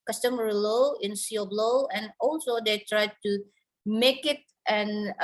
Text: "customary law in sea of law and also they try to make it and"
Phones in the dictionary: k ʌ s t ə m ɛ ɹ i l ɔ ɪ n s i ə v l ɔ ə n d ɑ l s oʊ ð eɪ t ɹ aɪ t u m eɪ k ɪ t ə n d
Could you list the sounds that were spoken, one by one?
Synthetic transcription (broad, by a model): k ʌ s t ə m ɹ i l ɔ ɪ n s i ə b l ɔ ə n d ɑ l s oʊ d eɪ t ɹ aɪ t u m eɪ k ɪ t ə n